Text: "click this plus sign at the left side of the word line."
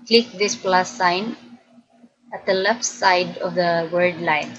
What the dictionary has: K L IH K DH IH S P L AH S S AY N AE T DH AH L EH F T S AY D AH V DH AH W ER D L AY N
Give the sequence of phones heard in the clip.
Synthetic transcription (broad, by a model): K L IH K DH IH S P L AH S S AY N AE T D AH L EH F T S AY D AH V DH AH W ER D L AY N